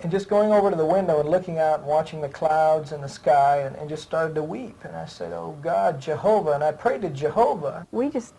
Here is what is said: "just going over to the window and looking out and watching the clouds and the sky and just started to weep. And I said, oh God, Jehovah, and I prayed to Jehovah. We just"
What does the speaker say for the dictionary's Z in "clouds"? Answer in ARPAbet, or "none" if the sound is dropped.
Z